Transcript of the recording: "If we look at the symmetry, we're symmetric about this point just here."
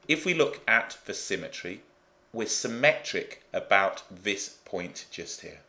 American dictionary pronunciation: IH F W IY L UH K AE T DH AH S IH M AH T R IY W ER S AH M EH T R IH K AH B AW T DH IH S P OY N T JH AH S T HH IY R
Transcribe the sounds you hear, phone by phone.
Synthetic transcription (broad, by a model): IH F W IY L UH K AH T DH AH S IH M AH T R IY W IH S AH M EH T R IH K AH B AW T DH IH S P OY N JH AH S T HH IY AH